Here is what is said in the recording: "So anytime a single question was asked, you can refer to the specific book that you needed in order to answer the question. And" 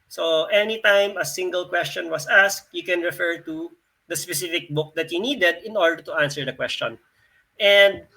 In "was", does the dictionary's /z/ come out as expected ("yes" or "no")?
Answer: no